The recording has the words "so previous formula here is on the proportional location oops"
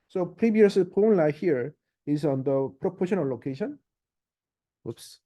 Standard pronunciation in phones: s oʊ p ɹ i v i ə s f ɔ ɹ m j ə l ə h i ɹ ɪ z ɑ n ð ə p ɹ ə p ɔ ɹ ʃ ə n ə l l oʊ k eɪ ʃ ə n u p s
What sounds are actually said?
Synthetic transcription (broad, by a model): s oʊ p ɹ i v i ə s p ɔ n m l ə ə h i ɹ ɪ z ɑ n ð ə p ɹ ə p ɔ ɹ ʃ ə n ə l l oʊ k eɪ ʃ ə n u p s